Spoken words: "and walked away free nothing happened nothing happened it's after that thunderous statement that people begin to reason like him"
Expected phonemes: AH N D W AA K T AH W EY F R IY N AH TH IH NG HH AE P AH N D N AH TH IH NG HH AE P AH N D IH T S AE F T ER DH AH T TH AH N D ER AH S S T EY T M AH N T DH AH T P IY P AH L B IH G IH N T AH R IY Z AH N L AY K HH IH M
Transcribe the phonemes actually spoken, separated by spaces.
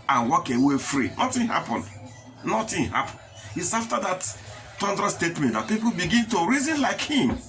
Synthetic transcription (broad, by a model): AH N W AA K AH W EY F R IY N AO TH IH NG HH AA P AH N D N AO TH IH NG HH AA P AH N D IH T S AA F T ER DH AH T T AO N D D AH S S T EY T M AH N T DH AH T P IY P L B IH G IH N T AH R IY Z AH N L AY K HH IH M